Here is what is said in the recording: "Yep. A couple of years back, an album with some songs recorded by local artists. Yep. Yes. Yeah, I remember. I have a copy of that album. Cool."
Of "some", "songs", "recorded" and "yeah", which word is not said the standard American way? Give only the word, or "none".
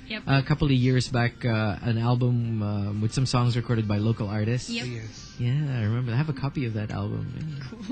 none